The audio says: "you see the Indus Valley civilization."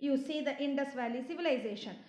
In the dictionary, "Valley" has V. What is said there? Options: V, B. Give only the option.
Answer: V